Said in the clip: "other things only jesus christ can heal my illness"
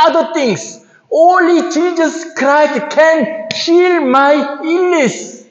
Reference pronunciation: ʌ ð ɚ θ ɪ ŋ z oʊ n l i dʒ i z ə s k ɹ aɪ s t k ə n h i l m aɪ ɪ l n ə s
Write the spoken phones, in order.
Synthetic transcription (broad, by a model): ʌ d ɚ t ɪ ŋ s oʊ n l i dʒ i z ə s k ɹ aɪ s t k ə n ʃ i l m aɪ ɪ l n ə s